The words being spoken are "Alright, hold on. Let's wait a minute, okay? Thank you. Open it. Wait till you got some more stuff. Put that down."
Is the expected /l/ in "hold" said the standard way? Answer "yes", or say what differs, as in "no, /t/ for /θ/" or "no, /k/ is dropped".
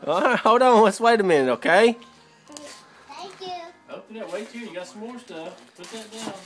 no, /l/ is dropped